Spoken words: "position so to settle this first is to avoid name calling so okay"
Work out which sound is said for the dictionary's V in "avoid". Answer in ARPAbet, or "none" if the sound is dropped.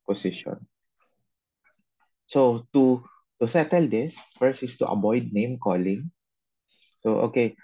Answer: B